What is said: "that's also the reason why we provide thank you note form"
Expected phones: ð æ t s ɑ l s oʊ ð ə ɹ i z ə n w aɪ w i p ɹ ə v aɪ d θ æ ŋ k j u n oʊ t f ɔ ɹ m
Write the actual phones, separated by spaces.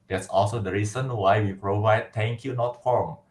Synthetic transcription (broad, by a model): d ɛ t s ɑ l s oʊ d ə ɹ i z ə n w aɪ w i p ɹ ə v aɪ d t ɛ ŋ k j u n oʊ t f ɔ ɹ m